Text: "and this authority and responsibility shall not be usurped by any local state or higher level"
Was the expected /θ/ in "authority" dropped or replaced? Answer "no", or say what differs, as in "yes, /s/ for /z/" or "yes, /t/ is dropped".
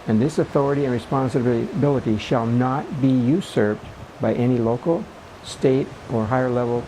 no